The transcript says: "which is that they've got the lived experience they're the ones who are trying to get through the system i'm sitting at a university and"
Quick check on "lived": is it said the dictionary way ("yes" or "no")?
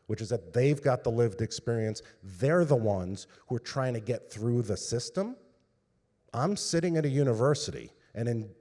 yes